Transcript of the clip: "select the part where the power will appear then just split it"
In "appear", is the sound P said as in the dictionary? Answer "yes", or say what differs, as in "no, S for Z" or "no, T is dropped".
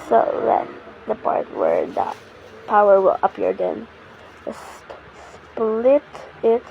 yes